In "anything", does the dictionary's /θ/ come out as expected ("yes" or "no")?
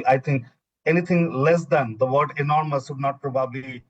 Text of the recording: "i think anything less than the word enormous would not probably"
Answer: no